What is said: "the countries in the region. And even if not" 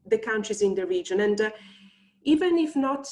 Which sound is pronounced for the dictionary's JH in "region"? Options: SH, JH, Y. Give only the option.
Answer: JH